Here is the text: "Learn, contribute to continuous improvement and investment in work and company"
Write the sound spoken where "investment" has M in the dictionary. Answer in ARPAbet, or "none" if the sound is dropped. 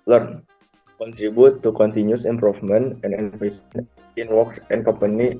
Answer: none